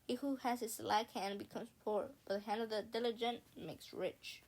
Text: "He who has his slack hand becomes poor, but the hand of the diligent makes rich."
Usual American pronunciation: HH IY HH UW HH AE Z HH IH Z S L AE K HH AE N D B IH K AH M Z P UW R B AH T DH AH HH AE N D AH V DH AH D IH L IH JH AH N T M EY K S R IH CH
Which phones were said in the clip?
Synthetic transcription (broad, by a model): HH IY HH UW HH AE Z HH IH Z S L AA K HH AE N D B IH K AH M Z P UW R B AH T DH AH HH AE N D AH V DH AH D IH L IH JH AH N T M EY K S R IH CH